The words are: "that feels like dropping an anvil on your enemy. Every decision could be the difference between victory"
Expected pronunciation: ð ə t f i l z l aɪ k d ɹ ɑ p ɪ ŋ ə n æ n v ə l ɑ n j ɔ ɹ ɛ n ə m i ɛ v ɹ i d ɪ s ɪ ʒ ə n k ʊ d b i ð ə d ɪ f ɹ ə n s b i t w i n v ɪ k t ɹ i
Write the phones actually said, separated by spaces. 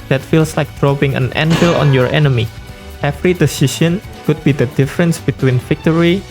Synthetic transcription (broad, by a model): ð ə t f i l s l aɪ k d ɹ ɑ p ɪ ŋ ə n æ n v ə l ɑ n j ɔ ɹ ɛ n ə m i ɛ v ɹ i d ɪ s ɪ ʃ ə n k ʊ d b i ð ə d ɪ f ɹ ə n s b i t w i n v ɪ k t ɹ i